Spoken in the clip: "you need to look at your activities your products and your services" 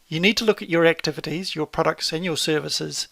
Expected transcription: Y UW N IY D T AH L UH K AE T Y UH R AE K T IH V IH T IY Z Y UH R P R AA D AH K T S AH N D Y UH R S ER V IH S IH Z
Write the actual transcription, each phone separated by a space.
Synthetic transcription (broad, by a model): Y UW N IY D T AH L UH K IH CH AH R AE K T IH V IH T IY Z Y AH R P R AA D AH K T S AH N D Y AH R S ER V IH S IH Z